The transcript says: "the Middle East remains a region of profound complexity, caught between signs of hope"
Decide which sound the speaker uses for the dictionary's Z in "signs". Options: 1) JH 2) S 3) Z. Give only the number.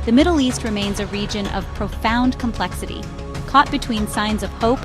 3